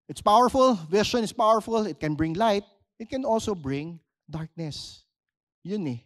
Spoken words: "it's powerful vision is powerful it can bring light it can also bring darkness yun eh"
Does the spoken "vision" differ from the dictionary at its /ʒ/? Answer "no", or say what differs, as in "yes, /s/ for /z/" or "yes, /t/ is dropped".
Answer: yes, /ʃ/ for /ʒ/